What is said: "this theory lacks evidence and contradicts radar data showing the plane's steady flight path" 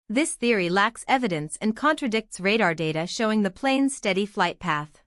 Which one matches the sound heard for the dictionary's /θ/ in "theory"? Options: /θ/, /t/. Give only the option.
/θ/